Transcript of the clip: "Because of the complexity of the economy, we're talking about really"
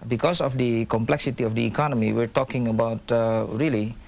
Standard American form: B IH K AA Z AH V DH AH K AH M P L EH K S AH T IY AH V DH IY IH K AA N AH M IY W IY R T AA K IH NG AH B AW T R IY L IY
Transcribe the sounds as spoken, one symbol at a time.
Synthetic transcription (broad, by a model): B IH K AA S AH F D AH K AH M P L EH K S AH T IY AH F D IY K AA N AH M IY W IY R T AA K IH NG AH B AW T R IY L IY